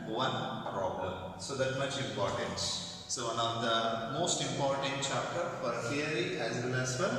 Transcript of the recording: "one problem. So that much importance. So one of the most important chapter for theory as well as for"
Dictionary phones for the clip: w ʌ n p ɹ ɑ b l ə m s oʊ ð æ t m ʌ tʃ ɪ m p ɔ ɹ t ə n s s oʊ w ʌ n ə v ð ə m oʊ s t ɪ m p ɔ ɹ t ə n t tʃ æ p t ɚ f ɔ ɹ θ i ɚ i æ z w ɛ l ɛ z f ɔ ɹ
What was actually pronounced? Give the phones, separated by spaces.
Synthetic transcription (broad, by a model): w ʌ n p ɹ ɑ b l ə m s oʊ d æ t m ʌ tʃ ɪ m p ɔ ɹ t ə n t s oʊ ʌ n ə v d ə m oʊ s t ɪ m p ɔ ɹ t ə n t tʃ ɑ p t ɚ f ɔ ɹ f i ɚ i æ z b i n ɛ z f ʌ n